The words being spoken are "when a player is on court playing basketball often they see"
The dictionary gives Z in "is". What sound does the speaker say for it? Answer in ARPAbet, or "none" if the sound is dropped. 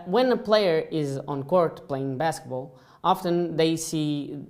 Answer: Z